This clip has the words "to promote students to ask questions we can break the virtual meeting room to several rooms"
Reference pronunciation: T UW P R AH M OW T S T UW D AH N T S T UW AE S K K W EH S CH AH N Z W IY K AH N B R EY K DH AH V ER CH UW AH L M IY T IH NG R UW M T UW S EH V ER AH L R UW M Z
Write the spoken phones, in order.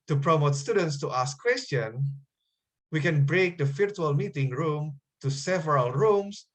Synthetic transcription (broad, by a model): T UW P R AH M OW T S T UW D AH N T S T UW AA S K K W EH S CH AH N W IY K AH N B R EY K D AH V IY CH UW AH L M IY T IH NG R UW M T UW S EH V ER AH L R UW M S